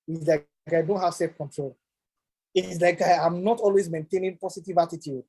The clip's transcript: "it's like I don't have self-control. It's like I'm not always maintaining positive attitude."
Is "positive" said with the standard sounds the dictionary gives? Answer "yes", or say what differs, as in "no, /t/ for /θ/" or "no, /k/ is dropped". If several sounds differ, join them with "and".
no, /s/ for /z/